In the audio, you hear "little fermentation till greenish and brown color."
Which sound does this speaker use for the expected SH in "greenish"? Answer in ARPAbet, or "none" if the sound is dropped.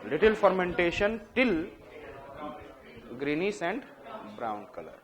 S